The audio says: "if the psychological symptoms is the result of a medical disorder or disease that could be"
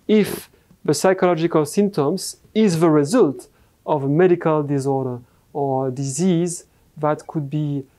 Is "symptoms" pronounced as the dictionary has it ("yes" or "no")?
yes